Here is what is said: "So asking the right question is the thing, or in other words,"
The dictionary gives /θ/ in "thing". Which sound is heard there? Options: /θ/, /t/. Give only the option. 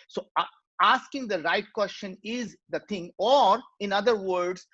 /t/